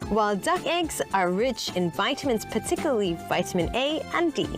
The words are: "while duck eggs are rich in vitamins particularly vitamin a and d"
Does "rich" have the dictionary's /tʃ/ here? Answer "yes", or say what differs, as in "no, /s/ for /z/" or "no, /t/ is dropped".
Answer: yes